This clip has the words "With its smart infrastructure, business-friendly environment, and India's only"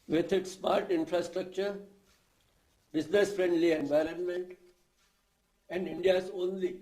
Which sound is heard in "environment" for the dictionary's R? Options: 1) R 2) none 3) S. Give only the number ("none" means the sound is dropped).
1